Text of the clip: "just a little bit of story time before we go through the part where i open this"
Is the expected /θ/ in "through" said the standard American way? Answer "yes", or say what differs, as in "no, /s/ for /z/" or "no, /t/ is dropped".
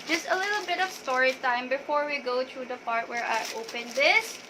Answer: no, /t/ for /θ/